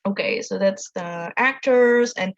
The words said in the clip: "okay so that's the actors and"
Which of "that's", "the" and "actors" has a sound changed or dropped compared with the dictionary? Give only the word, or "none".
none